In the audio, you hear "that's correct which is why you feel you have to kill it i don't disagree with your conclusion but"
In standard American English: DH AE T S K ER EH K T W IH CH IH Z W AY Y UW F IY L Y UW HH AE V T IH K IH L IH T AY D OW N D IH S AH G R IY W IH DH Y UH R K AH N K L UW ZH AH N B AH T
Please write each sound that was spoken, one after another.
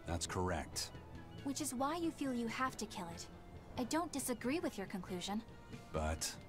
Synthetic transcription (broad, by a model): DH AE T S K ER EH K T W IH CH IH Z W AY Y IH F IY L Y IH HH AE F T IH K IH L IH T AY D OW N D IH S AH G R IY W IH DH Y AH R K AH N K L UW ZH AH N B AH T